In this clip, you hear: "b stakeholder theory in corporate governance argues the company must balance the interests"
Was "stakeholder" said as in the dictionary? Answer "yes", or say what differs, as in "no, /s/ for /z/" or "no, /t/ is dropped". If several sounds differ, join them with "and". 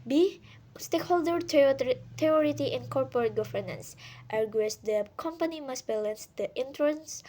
yes